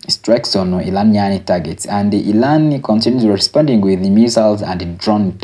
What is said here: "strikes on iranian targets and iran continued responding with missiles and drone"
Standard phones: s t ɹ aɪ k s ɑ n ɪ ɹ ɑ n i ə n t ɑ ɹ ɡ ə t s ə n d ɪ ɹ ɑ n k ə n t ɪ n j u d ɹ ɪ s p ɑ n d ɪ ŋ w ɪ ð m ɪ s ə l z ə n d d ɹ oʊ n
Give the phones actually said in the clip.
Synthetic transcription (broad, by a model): s t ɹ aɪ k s ɑ n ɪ l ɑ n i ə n t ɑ ɡ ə t s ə n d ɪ l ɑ n k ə n t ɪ n j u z ɹ ɪ s p ɑ n d ɪ ŋ w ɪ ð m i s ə l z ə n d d ɹ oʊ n